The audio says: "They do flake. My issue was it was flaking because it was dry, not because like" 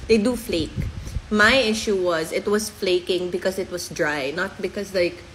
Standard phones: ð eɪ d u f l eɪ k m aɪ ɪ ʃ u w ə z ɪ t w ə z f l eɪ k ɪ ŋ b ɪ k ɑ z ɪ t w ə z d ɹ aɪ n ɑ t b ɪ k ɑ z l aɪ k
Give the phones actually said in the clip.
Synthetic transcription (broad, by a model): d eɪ d u f l eɪ k m aɪ ɪ ʃ u w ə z ɪ t w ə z f l eɪ k ɪ ŋ b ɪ k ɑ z ɪ t w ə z d ɹ aɪ n ɑ t b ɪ k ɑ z l aɪ k